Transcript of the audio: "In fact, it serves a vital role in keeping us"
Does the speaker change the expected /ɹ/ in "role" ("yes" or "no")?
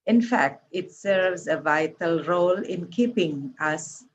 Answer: no